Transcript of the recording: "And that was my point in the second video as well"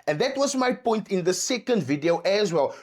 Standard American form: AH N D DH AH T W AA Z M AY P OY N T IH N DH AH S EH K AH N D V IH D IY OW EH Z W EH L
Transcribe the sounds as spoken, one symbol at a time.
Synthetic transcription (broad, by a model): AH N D DH AH T W AA Z M AY P OY N T IH N DH AH S EH K AH N D V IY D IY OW EH Z W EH L